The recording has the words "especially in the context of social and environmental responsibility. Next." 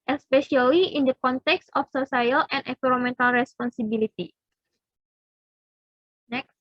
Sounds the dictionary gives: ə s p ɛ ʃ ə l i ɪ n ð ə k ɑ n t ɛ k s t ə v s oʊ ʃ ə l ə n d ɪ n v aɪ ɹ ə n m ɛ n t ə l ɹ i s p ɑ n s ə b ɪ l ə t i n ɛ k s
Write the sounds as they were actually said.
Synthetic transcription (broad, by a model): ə s p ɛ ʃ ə l i ɪ n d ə k ɑ n t ɛ k s t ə f s oʊ s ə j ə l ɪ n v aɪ ɹ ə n m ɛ n t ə l ɹ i s p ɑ n s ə b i l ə t i n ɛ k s